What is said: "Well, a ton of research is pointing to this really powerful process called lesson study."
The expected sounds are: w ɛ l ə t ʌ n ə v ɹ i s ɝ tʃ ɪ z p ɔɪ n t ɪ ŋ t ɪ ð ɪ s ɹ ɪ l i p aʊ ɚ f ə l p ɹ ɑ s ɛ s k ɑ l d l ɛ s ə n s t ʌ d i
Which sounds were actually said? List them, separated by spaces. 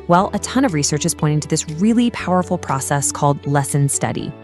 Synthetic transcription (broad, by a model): w ɛ l ə t ʌ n ə v ɹ i s ɝ tʃ ɪ z p ɔɪ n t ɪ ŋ t ɪ ð ɪ s ɹ ɪ l i p aʊ ɚ f l p ɹ ɑ s ɛ s k ɑ l d l ɛ s ə n s t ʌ d i